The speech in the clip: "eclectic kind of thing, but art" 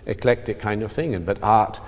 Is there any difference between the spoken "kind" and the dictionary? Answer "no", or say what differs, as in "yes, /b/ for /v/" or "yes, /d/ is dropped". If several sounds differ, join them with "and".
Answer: no